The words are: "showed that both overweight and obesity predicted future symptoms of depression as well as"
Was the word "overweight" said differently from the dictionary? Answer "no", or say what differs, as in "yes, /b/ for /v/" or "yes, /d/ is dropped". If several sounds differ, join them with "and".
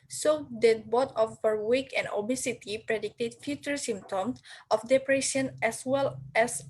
yes, /p/ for /v/